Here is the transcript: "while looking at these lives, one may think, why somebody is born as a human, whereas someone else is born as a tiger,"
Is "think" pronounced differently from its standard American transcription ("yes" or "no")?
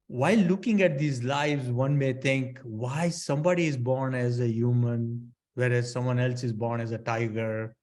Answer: yes